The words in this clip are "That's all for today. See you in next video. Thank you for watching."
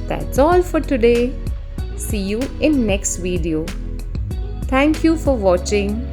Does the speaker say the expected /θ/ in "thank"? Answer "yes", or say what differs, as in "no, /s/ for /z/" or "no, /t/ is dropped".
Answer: no, /t/ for /θ/